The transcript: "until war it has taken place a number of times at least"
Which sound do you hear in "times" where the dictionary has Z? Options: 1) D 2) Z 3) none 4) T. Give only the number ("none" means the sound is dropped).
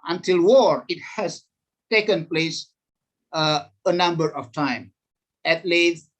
3